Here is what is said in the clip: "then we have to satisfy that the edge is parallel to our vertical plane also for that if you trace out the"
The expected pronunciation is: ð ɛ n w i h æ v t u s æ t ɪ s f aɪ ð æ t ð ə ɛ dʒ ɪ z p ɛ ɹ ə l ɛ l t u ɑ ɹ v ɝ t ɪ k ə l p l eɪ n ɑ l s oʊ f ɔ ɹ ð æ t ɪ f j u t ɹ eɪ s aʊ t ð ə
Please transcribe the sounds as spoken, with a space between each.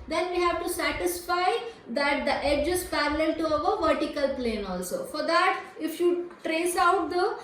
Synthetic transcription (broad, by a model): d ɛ n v i h æ v t u s æ t ɪ s f aɪ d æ t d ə ɛ dʒ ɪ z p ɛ ɹ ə l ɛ l t u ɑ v v ɝ t ɪ k ə l p l eɪ n ɑ l s oʊ f ɔ ɹ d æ t ɪ f j u t ɹ eɪ s aʊ t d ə